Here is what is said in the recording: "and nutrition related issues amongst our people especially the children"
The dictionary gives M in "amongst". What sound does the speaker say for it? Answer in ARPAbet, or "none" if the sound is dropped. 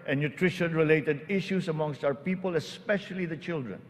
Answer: M